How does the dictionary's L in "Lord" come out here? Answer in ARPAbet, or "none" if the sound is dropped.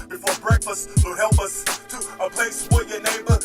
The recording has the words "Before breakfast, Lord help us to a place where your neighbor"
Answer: W